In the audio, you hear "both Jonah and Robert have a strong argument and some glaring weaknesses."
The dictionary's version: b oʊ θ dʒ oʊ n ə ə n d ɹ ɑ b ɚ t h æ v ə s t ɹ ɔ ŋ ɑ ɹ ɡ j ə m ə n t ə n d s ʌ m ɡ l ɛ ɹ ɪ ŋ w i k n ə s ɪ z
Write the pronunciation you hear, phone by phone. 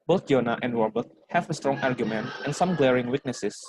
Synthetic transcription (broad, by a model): b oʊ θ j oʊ n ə ə n d w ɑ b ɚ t h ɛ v ə s t ɹ ɔ ŋ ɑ ɹ ɡ j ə m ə n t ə n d s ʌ m ɡ l ɛ ɹ ɪ ŋ w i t n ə s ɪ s